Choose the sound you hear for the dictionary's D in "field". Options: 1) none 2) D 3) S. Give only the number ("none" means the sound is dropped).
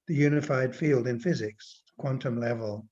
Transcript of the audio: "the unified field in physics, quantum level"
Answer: 2